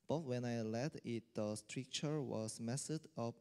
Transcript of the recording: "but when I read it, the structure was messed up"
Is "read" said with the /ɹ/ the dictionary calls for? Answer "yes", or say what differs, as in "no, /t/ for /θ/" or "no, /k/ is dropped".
no, /l/ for /ɹ/